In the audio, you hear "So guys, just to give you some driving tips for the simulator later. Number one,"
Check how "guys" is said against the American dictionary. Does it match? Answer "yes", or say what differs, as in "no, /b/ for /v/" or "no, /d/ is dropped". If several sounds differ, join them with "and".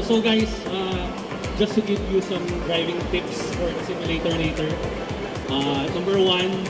no, /s/ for /z/